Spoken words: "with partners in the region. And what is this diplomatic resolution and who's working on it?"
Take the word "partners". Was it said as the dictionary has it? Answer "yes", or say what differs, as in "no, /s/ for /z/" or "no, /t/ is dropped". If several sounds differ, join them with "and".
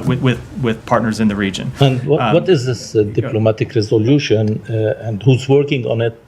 yes